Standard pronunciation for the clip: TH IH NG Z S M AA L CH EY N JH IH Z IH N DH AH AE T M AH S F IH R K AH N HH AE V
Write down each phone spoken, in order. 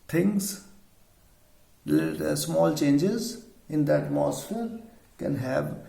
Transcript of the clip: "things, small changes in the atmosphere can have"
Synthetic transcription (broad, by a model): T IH NG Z S M AA L CH EY N JH IH Z IH N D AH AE T M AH S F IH R K AH N HH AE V